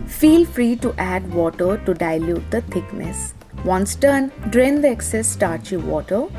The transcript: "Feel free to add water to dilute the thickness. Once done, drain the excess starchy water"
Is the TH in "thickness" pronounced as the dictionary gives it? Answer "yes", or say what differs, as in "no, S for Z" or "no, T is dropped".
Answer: no, T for TH